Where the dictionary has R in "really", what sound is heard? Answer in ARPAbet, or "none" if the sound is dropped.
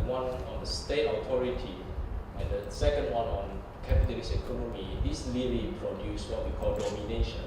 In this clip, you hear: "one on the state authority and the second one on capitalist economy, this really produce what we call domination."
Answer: L